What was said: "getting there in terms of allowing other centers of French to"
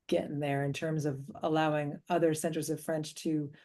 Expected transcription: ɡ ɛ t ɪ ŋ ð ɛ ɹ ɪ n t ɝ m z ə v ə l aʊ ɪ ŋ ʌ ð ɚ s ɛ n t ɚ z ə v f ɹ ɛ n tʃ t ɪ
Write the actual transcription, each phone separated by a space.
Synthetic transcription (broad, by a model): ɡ ɛ t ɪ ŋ ð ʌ ɹ ɪ n t ɝ m z ə v ə l aʊ ɪ ŋ ʌ ð ɚ s ɛ n t ɚ z ə v f ɹ ɛ n tʃ t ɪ